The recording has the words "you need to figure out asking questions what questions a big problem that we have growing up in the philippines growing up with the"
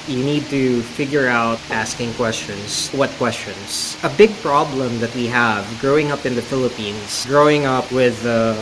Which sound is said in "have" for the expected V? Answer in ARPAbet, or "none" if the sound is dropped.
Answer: V